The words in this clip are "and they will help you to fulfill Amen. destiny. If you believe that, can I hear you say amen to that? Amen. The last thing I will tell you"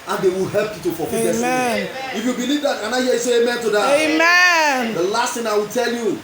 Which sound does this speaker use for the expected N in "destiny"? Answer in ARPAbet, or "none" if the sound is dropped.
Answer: none